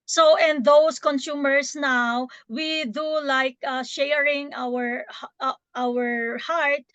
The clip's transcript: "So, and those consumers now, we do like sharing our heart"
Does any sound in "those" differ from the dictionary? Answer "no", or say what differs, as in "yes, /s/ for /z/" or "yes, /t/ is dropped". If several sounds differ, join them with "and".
yes, /s/ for /z/